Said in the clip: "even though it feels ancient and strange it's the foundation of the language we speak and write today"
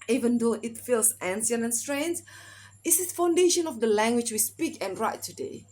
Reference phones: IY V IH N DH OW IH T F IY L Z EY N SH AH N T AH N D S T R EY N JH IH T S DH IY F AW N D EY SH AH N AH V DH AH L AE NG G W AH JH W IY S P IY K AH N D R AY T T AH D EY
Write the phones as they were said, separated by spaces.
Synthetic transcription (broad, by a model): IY V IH N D OW IH T F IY L S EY N S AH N AH N S T R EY N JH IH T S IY F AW N D EY SH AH N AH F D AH L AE NG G W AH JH W IY S P IY K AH N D R AY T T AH D EY